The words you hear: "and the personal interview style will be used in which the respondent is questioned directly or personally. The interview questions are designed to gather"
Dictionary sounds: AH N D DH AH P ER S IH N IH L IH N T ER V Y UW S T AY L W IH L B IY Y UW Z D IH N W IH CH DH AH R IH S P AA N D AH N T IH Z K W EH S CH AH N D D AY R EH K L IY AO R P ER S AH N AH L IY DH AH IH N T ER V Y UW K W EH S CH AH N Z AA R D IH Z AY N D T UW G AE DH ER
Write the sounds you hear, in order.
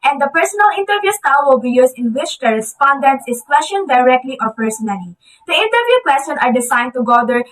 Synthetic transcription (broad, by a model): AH N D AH P ER S IH N IH L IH N T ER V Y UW S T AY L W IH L B IY Y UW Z IH N W IH CH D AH R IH S P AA N D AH N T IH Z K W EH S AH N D D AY R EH K L IY AO R P ER S AH N AH L IY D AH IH N T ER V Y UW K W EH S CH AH N AA R D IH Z AY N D T UW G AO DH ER